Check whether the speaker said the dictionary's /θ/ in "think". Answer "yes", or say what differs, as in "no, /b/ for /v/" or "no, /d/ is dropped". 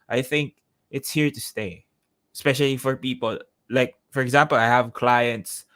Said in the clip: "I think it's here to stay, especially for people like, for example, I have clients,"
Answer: yes